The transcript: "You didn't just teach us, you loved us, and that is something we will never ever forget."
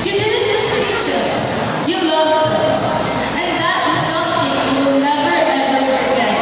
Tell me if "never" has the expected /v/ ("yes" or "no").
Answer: yes